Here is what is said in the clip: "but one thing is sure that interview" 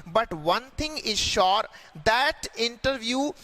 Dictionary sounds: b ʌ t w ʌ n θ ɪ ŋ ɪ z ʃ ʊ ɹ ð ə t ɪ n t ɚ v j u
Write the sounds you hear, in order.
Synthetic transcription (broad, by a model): b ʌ t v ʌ n t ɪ ŋ ɪ z ʃ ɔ ɹ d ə t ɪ n t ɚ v j u